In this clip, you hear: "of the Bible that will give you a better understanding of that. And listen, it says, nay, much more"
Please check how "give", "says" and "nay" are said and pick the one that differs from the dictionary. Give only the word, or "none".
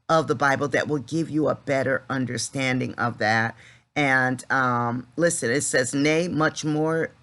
none